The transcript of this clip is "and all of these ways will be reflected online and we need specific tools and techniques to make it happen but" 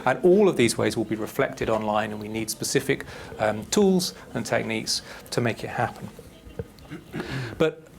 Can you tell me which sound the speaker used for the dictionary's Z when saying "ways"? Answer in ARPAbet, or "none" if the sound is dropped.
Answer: Z